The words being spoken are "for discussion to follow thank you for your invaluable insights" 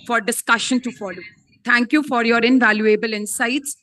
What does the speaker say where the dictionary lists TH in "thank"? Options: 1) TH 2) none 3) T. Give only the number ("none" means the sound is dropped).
3